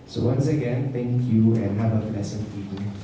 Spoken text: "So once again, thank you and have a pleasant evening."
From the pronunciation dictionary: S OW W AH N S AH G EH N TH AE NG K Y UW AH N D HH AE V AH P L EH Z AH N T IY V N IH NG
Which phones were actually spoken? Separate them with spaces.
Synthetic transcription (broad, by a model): S OW W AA N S AH G EH N T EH NG K Y UW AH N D HH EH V AH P L EH S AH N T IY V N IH